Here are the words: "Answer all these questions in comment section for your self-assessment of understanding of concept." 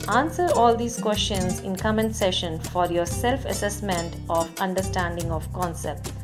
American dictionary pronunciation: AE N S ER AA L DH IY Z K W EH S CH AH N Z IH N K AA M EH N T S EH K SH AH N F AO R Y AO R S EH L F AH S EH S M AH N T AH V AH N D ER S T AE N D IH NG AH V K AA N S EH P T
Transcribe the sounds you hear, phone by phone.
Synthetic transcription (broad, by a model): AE N S ER AA L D IY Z K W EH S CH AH N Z IH N K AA M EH N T S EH SH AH N F AO R Y AO R S EH L F AH S EH S M AH N T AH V AH N D ER S T AE N D IH NG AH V K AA N S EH P T